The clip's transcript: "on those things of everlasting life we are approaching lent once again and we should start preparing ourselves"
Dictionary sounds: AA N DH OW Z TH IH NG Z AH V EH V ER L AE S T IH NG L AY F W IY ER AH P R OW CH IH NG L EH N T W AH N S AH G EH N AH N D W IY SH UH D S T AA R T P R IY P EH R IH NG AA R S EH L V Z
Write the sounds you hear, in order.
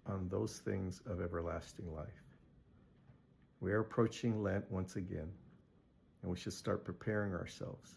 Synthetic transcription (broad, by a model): N DH OW Z TH IH NG Z AH V EH V ER L AE S T IH NG L AY F W IY ER AH P R OW CH IH NG L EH N T W AH N S AH G EH N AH N W IY SH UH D S T AA R T P R IY P EH R IH NG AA R S EH L V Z